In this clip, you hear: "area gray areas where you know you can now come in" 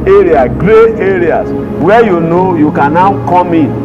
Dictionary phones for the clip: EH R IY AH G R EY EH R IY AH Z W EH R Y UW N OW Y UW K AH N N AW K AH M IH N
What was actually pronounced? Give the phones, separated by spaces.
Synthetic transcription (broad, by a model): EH R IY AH G R EY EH R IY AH S W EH Y UW N OW Y UW K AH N N AW K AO M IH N